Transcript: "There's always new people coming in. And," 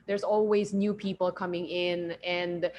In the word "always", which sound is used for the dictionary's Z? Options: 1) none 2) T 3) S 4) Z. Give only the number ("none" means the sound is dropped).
4